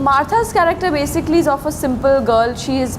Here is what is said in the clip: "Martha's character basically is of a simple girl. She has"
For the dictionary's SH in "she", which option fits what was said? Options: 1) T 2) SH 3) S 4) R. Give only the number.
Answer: 2